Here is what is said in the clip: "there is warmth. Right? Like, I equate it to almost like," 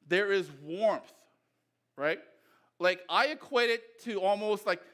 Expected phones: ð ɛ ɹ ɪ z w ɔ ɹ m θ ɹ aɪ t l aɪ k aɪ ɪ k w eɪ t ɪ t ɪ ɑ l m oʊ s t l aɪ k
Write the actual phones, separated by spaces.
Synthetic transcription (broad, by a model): ð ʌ ɹ ɪ z w ɔ ɹ m θ ɹ aɪ t l aɪ k aɪ ɪ k w eɪ t ɪ t ɪ ɑ l m oʊ s t l aɪ k